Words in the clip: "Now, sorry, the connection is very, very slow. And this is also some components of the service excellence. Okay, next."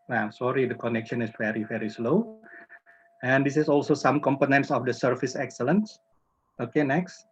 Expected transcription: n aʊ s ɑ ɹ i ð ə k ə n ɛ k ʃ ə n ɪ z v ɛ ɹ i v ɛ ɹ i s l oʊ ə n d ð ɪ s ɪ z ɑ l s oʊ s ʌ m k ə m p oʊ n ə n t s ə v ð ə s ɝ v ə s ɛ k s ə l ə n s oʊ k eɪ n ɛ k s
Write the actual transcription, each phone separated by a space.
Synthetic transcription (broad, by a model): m s ɑ ɹ i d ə k ə n ɛ k ʃ ə n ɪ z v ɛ ɹ i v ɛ ɹ i s l oʊ ə n d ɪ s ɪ s ɑ l s oʊ s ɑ m k ə m p oʊ n ə n t s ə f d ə s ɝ f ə s ɛ k s ə l ə n s oʊ k eɪ n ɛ k s